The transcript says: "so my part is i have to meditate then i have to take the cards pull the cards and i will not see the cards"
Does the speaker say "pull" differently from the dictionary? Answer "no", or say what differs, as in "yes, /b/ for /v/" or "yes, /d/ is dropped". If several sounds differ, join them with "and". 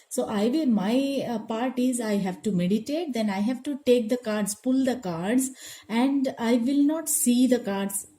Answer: no